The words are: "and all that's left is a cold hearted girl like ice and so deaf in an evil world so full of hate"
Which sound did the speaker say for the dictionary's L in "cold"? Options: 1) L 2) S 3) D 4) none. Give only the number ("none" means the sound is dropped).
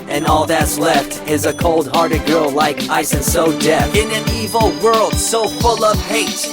1